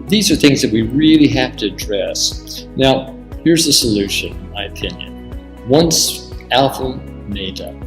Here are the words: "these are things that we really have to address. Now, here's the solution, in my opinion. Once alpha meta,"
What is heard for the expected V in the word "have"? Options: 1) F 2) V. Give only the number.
1